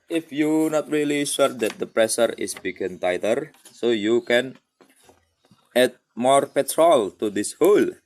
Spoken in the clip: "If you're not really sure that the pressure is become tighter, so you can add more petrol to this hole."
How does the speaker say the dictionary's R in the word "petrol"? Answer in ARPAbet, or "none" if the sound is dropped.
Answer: R